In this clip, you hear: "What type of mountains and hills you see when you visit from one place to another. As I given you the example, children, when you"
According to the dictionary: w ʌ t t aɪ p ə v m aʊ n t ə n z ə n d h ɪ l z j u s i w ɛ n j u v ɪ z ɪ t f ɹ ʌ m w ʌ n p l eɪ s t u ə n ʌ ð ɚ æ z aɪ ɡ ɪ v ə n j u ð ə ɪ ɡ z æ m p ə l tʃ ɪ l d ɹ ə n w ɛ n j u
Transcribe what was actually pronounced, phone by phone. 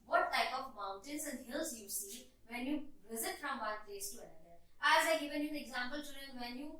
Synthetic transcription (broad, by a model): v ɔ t t aɪ p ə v m aʊ n t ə n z ə n d h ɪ l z j u s i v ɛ n j u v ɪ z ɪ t f ɹ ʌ m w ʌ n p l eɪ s t u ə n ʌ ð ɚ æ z aɪ ɡ ɪ v ə n j u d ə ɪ ɡ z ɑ m p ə l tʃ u d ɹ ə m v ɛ n j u